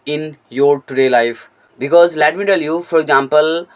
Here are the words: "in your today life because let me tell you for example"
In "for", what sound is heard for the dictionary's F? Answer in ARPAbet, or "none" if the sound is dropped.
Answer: F